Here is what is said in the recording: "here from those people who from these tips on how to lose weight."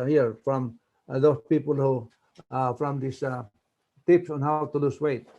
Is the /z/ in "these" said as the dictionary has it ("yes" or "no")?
no